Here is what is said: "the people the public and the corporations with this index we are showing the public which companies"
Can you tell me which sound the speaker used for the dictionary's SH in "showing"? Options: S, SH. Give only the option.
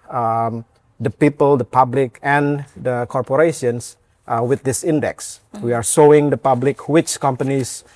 S